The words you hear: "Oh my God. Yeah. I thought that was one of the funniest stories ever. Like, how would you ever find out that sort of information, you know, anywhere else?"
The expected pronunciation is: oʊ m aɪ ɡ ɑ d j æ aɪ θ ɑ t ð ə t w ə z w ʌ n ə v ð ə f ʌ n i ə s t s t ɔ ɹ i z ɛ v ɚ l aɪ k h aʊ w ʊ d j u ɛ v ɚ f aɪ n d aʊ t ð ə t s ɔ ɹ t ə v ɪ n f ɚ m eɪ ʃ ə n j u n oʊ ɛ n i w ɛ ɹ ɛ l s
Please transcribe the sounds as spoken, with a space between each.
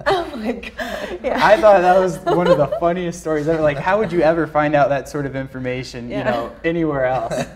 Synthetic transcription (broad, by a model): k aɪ ɑ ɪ θ ɑ t ð ə t w ə z w ʌ n ə v ð ə f ʌ n i ə s t s t ɔ ɹ i z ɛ ɚ l aɪ k h aʊ w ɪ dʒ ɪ ɛ v ɚ f aɪ n d aʊ t ð ə t s ɔ ɹ t ə v ɪ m f ɚ m eɪ ʃ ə n j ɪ n oʊ ɛ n i w ɛ ɹ ɛ l s